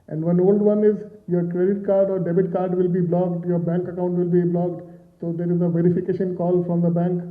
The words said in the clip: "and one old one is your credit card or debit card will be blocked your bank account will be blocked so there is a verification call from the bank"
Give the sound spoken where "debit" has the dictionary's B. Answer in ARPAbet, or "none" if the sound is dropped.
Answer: B